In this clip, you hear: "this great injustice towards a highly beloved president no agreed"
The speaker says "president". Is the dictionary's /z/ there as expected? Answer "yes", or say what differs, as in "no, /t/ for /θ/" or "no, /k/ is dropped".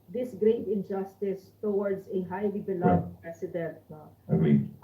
no, /s/ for /z/